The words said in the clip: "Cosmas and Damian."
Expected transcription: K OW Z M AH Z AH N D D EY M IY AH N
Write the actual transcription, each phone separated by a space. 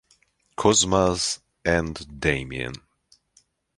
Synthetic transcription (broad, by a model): K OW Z M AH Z AH N D D EY M IY AH N